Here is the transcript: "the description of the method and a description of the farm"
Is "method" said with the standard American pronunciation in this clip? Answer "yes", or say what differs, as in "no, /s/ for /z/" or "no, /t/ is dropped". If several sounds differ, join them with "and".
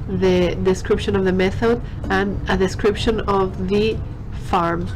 yes